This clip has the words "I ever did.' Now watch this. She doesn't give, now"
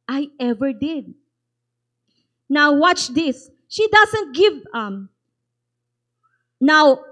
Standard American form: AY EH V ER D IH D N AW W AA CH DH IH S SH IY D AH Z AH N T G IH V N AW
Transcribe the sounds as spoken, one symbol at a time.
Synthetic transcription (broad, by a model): AY EH V ER D IH D N AW W AA CH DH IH S SH IY D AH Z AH N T G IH V N AW